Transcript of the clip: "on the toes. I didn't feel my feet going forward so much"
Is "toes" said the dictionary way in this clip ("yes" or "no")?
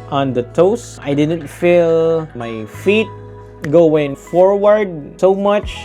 no